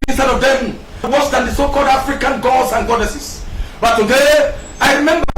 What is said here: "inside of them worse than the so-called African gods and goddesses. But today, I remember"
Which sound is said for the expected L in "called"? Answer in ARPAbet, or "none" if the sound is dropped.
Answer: L